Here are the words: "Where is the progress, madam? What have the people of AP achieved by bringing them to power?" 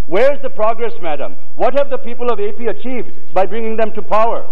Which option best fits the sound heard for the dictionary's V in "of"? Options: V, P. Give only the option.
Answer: V